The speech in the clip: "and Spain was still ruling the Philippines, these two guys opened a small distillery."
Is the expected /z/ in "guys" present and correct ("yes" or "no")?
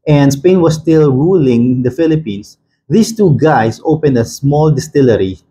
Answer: no